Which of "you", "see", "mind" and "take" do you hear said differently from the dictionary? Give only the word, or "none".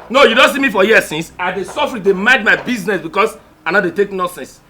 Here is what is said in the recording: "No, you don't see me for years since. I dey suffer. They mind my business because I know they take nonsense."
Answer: mind